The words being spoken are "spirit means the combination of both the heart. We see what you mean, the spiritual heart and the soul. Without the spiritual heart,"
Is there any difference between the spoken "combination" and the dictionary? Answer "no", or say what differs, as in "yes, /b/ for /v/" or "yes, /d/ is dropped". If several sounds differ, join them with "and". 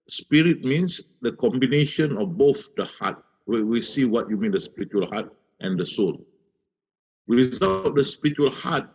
no